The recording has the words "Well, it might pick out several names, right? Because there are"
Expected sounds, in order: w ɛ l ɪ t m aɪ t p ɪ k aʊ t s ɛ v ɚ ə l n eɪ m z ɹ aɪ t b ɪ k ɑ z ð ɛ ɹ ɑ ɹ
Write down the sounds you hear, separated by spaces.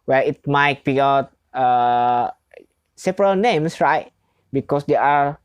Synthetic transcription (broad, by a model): w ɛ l ɪ t m aɪ t b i aʊ t s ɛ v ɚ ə l n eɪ m s ɹ aɪ t b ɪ k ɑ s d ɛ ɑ ɹ